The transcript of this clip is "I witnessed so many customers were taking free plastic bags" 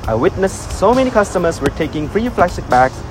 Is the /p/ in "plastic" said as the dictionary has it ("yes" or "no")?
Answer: no